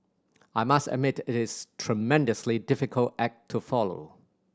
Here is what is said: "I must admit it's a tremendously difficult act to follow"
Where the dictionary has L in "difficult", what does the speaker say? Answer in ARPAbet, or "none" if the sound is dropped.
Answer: L